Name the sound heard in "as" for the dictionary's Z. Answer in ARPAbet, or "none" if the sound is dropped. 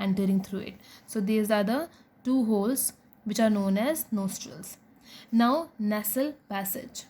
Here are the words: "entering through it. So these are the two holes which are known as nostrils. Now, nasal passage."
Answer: Z